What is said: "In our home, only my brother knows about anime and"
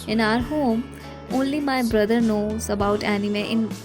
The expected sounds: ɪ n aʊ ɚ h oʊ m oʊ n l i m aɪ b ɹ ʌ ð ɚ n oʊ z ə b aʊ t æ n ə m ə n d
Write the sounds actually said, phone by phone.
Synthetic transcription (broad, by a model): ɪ n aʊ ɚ h oʊ m oʊ n l i m aɪ b ɹ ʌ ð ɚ n oʊ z ə b aʊ t æ n ə m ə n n